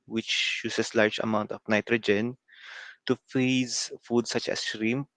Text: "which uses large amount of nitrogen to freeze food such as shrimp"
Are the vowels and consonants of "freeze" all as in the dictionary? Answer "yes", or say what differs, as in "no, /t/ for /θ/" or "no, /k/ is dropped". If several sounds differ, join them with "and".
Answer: no, /ɹ/ is dropped